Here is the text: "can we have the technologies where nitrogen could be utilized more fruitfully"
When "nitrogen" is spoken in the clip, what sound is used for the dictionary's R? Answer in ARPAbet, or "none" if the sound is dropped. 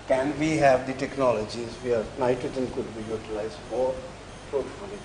none